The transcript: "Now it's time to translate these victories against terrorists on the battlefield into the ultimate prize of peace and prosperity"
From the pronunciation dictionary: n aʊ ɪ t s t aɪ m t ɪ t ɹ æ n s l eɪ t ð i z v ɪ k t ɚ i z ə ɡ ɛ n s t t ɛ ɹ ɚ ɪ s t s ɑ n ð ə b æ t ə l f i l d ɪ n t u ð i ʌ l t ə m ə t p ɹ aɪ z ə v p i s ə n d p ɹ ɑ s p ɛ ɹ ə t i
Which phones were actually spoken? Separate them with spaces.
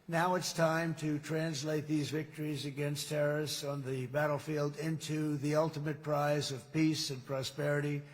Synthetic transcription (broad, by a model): n aʊ ɪ t s t aɪ m t ɪ t ɹ æ n s l eɪ t ð i z v ɪ k t ɚ i z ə ɡ ɛ n s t t ɛ ɹ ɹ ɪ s s n ð ə b æ t l f i l d ɪ n t u ð i ʌ l t ə m ə t p ɹ aɪ z ə v p i s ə n p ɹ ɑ s p ɛ ɹ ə t i